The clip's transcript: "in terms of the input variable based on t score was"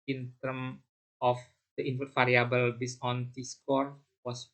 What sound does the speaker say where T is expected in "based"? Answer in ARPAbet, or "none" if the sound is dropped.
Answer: none